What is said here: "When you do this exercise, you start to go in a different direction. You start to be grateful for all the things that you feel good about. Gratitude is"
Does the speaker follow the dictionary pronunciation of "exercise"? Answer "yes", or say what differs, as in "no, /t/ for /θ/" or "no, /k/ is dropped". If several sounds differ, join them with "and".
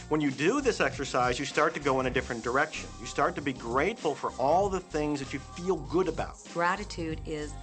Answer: yes